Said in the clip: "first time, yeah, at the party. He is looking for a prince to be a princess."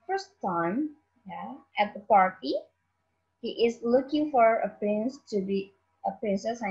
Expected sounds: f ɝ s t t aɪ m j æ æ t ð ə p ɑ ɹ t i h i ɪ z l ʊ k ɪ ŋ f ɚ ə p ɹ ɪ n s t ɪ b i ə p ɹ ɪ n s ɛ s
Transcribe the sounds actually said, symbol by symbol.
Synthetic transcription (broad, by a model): f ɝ s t t aɪ m j æ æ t ð ə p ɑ ɹ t i h i ɪ z l ʊ k ɪ ŋ f ɚ ə p ɹ ɪ n s t ɪ b i ə p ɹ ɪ n s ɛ s